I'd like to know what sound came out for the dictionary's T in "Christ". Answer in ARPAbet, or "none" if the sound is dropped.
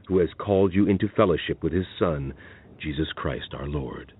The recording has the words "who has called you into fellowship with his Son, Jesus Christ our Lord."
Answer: T